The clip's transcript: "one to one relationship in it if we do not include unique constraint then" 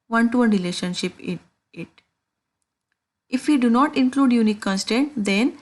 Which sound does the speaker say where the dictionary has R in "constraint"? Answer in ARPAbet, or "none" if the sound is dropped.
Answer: none